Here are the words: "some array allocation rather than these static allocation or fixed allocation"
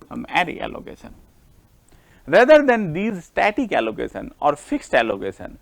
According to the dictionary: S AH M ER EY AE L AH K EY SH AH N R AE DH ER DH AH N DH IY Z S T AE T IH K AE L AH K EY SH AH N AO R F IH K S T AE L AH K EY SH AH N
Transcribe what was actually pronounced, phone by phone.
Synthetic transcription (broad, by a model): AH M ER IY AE L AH K EY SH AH N R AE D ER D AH N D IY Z S T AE T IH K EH L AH K EY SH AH N AO R F IH K S T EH L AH K EY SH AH N